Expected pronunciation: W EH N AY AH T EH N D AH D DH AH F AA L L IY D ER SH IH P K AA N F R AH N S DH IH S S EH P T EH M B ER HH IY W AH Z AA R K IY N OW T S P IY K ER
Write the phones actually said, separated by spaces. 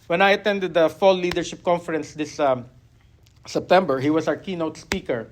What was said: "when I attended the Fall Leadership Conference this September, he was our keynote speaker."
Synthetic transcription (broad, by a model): W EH N AY AH T EH N D AH D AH F AA L L IY D ER SH IH P K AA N F R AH N S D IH S S EH P T EH M B ER HH IY W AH S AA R K IY N OW T S P IY K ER